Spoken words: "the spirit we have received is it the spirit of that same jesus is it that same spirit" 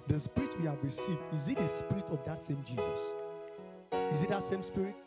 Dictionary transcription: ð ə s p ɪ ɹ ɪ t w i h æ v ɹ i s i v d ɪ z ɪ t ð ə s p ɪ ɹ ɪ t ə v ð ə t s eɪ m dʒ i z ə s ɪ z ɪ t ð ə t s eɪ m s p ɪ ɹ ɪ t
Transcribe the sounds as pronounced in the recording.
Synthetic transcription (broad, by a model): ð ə s p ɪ ɹ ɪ t w i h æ v ɹ i s i v d ɪ z ɪ t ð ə s p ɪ ɹ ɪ t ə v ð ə t s eɪ m dʒ i z ə s ɪ z ɪ t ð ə t s eɪ m s p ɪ ɹ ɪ t